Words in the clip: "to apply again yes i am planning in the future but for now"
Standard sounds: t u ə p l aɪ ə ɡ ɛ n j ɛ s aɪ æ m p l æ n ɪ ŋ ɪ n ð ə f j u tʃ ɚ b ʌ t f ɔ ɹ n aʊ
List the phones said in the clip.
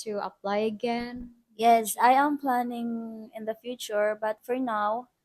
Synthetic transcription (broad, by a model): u ə p l aɪ ə ɡ ɛ n j ɛ s aɪ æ m p l æ n ɪ ŋ ɪ n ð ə f j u tʃ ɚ b ʌ t f ɔ ɹ n aʊ